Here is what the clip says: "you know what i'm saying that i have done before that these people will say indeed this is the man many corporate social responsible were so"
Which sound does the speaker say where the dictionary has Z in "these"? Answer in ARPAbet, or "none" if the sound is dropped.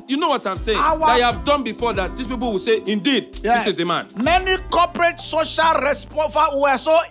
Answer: S